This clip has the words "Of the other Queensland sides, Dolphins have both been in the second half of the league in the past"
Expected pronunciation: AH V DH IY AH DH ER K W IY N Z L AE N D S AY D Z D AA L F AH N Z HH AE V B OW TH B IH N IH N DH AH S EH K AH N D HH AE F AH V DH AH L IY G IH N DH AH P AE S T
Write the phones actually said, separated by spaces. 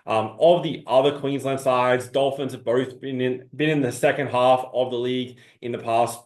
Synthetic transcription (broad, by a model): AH V DH IY AH DH ER K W IY N Z L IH N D S AY D Z D AA L F AH N Z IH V B OW TH B IH N IH N DH AH S EH K AH N D HH AE F AH V DH AH L IY G IH N DH AH P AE S T